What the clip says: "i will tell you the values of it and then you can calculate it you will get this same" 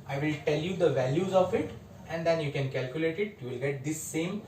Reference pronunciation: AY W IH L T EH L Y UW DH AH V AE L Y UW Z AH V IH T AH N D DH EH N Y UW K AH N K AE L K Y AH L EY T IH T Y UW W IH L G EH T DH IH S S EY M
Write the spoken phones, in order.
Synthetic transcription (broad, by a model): AY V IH L T EH L Y UW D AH V AE L Y UW Z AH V IH T AH N D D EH N Y UW K AH N K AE L K Y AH L EY T IH T Y UW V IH L G EH T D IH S S EY M